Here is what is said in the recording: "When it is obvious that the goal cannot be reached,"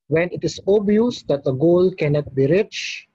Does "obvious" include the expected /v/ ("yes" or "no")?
no